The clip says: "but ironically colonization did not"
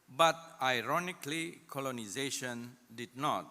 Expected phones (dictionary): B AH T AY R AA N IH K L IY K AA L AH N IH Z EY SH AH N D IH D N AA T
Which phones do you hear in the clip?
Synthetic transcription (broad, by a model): B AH T AY R AA N IH K L IY K AA L AH N IH Z EY SH AH N D IH D N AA T